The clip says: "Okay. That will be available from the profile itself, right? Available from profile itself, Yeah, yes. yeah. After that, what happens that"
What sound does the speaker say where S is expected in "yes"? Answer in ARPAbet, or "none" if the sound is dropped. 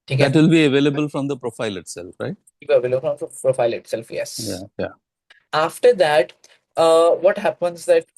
none